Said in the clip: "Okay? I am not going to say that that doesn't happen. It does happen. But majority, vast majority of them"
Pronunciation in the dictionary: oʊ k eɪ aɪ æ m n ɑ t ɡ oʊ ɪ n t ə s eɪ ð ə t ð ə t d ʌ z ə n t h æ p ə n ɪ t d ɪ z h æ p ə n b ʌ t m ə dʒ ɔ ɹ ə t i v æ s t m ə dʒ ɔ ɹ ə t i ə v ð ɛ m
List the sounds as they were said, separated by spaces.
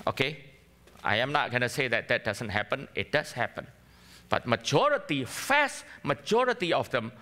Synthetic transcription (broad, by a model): oʊ k eɪ aɪ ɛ m n ɑ t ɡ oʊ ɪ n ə s eɪ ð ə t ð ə t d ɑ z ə n t h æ p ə n ɪ t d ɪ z h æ p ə n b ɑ t m ə dʒ ɔ ɹ ə t i f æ s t m ə dʒ ɔ ɹ ə t i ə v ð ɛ m